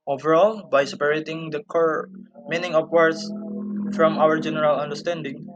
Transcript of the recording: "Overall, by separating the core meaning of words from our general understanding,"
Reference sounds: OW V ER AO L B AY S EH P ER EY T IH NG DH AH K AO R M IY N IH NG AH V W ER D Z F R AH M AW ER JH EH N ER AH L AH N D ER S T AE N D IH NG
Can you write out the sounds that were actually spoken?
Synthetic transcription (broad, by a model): OW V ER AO L B AY S EH P ER EY T IH NG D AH K AO R M IY N IH NG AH P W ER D S F R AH M AW ER JH EH N ER AH L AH N D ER S T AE N D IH NG